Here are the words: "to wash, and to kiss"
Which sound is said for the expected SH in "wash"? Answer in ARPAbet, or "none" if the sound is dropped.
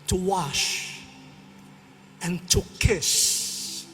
SH